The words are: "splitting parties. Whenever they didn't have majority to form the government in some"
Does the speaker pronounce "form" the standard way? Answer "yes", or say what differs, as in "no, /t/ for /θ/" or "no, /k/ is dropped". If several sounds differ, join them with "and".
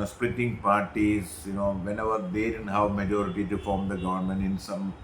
yes